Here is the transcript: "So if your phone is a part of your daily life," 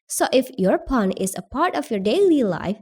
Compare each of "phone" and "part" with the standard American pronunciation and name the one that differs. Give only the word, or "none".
phone